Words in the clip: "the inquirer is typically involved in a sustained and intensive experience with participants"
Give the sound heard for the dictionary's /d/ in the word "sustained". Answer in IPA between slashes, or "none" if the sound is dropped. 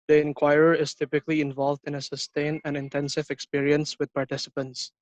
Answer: none